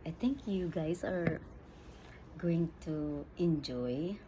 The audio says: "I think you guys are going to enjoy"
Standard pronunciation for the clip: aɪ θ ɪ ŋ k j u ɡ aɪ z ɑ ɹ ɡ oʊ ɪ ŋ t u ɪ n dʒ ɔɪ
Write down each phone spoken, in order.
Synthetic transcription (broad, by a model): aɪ t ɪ ŋ k j u ɡ aɪ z ɑ ɹ ɡ oʊ ɪ ŋ t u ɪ n dʒ ɔɪ